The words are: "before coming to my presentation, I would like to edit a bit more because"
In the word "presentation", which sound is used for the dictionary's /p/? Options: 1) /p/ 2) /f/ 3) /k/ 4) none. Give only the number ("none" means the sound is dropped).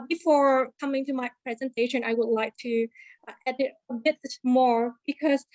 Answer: 1